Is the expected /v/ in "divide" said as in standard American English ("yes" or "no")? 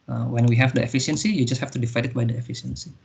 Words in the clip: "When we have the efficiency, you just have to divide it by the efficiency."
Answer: no